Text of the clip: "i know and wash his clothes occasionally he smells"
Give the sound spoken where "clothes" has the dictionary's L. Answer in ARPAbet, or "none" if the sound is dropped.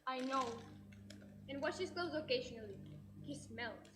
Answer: none